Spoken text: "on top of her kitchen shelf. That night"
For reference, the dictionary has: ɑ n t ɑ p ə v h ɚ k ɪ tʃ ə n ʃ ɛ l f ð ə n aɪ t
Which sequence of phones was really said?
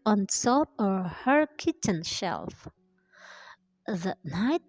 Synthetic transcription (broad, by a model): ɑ n s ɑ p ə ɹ h ɚ k ɪ tʃ ə n ʃ ɛ l f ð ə n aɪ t